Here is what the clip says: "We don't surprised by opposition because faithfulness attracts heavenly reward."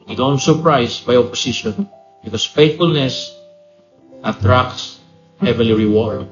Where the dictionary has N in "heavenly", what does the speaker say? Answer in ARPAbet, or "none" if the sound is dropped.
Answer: none